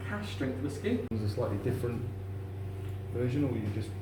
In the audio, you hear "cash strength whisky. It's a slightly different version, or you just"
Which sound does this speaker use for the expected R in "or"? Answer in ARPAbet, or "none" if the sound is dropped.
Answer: W